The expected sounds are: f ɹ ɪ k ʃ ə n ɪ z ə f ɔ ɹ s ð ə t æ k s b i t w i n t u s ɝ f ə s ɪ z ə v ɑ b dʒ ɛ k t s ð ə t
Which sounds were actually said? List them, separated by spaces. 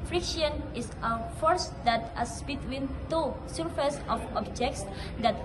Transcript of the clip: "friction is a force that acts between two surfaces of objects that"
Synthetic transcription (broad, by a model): f ɹ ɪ k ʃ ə n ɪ s ə f ɔ ɹ s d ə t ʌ s b i t w i n t u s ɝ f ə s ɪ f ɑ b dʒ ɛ k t s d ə t